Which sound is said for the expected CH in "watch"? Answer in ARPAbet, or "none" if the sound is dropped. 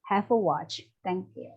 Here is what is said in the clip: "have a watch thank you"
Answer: CH